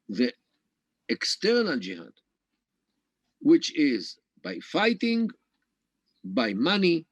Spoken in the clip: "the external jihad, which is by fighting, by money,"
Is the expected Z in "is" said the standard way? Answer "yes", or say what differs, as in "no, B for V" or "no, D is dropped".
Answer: yes